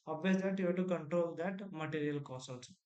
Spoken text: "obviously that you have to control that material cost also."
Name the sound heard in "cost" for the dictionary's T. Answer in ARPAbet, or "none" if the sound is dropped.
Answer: none